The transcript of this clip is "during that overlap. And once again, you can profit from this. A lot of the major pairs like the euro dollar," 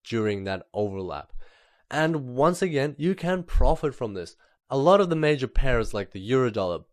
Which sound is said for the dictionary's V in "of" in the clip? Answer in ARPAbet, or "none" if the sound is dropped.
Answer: V